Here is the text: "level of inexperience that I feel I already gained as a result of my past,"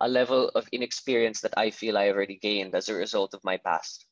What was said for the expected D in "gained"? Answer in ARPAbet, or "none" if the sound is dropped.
D